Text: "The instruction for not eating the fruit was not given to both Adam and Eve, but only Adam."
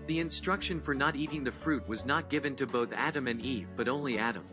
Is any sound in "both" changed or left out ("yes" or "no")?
no